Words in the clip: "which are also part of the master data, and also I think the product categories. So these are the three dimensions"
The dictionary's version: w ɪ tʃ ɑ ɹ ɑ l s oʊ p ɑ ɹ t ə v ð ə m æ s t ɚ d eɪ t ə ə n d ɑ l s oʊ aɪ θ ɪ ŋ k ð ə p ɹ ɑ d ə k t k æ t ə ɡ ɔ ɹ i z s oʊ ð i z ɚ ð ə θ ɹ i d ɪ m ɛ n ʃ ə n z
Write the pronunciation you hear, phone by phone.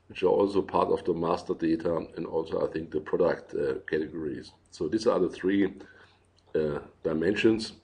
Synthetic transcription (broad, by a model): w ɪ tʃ ɑ ɹ ɑ l s oʊ p ɑ ɹ t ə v ð ə m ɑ s t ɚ d eɪ t ə ə n d ɑ l s oʊ aɪ θ ɪ ŋ k ð ə p ɹ ɑ d ə k t k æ t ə ɡ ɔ ɹ i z s oʊ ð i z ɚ ð ə θ ɹ i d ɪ m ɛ n ʃ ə n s